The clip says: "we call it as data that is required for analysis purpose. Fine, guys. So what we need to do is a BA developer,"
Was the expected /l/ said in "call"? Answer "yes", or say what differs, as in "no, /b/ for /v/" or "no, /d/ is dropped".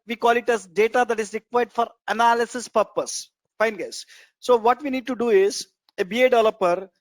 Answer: yes